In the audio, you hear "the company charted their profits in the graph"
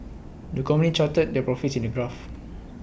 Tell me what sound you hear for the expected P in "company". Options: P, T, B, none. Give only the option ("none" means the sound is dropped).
none